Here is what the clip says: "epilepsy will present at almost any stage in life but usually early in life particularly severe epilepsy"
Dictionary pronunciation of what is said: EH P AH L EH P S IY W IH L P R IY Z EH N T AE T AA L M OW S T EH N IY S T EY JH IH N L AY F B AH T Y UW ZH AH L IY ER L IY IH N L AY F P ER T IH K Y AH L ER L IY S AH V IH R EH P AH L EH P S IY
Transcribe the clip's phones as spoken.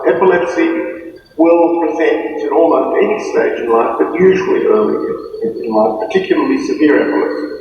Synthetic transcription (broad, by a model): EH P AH L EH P S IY W IH L P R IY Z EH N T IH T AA L OW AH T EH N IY S T EY JH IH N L AY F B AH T Y UW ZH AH L IY ER L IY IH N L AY P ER T IH K Y L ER L IY S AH V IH R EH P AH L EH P S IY